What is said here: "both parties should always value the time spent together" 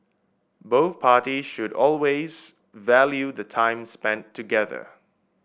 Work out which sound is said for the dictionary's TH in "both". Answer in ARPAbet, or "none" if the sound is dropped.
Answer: TH